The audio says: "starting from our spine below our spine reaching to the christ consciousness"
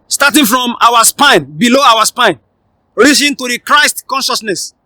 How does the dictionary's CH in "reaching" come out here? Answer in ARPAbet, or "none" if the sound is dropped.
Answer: S